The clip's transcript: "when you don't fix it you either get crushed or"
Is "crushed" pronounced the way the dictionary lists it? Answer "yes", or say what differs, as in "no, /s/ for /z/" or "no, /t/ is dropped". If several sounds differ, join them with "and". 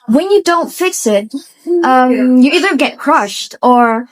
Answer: yes